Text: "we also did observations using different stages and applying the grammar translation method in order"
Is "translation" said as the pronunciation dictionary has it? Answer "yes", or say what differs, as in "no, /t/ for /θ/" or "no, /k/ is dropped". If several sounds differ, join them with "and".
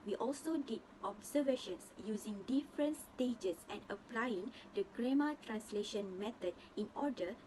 yes